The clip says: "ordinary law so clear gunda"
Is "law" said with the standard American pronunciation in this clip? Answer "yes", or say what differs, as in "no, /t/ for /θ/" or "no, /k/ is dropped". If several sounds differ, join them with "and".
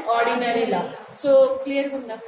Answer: yes